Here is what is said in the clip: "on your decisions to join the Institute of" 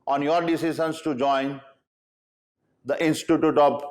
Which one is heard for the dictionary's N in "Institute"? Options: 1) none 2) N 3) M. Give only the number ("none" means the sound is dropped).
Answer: 2